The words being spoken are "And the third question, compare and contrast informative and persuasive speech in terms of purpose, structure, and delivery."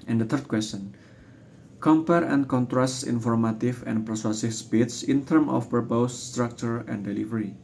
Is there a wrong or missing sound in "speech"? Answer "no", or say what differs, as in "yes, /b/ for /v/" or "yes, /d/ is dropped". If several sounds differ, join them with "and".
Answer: yes, /s/ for /tʃ/